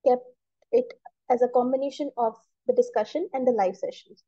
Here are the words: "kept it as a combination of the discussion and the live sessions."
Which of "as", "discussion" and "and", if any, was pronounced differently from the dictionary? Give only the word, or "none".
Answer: none